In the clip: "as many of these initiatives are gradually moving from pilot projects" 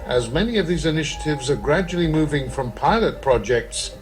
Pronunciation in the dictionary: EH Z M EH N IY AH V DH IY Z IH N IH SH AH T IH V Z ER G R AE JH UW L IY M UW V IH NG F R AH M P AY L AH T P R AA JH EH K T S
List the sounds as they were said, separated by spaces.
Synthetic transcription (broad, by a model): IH Z M EH N IY AH V DH IY Z IH N IH SH AH T IH V Z ER G R AE JH UW L IY M UW V IH NG F R AH M P AY L AH T P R AA JH EH K T S